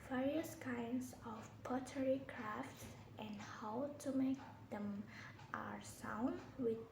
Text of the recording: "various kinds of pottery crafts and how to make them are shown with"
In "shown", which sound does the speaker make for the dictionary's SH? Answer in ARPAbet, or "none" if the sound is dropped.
S